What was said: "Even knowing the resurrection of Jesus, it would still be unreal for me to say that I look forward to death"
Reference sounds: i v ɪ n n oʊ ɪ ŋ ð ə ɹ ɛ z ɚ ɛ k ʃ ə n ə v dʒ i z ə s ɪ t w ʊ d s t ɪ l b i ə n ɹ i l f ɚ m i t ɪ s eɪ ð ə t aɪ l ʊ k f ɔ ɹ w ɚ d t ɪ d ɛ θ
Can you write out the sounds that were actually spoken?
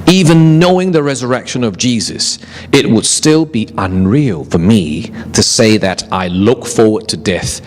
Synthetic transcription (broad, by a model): i v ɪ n n oʊ ɪ ŋ ð ə ɹ ɛ z ɚ ɛ k ʃ ə n ə v dʒ i z ə s ɪ t w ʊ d s t ɪ l b i ə n ɹ i l f ɚ m i t ɪ s eɪ ð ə t aɪ l ʊ k f ɔ ɹ w ɚ d t ɪ d ɛ θ